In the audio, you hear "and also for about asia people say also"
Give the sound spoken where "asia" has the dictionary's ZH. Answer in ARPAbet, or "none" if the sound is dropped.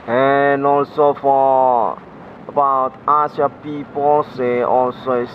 S